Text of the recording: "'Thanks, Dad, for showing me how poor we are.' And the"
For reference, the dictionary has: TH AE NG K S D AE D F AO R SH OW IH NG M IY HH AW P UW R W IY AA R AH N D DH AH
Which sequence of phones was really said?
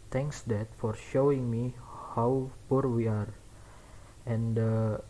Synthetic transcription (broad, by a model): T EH NG K S D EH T F AO R SH OW IH NG M IY HH AW P UW R W IY AA R AH N D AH